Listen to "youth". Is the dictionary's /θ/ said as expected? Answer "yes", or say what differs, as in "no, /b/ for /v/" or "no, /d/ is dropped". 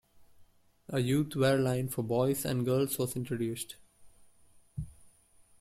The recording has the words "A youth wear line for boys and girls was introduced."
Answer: no, /t/ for /θ/